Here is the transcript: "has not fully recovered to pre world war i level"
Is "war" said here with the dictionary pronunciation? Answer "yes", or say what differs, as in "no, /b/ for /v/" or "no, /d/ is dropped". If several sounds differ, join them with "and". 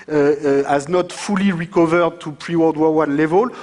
no, /w/ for /ɹ/